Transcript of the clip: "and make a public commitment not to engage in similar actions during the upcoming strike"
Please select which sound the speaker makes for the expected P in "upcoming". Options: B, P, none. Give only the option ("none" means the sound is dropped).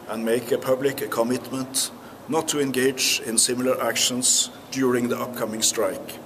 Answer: P